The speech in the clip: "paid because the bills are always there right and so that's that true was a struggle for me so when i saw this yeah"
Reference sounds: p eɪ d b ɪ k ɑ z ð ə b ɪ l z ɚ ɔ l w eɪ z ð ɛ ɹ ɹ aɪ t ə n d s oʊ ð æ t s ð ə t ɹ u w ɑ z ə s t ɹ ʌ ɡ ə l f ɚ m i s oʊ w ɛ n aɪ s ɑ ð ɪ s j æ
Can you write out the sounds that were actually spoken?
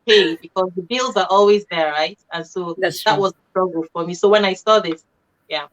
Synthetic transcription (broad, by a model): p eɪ b ɪ k ɑ z ð ə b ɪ l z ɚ ɔ l w eɪ z ð ɛ ɹ ɹ aɪ t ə n s oʊ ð ð ə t w ɑ z ə s t ɹ ʌ ɡ ə l f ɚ m i s oʊ w ɛ n aɪ s ɑ ð ɪ s j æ